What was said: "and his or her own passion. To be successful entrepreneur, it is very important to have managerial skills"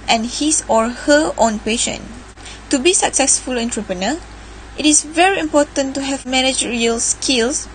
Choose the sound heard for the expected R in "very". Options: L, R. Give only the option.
R